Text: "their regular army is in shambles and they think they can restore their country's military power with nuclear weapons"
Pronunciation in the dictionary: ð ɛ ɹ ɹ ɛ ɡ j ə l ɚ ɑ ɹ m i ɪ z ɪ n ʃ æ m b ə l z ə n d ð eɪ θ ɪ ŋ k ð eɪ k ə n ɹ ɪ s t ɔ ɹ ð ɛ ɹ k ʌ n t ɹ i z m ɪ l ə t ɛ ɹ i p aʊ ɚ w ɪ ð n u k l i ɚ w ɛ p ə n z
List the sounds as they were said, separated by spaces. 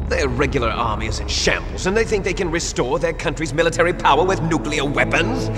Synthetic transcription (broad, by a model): ð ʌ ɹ ɹ ɛ ɡ j l ɚ ɑ ɹ m i ɪ z ɪ n ʃ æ m b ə l z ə n ð eɪ θ ɪ ŋ k ð eɪ k ə n ɹ ɪ s t ɔ ɹ ð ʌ ɹ k ʌ n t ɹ i z m ɪ l ə t ɛ ɹ i p aʊ ɚ w ɪ ð n u k l i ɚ w ɛ p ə n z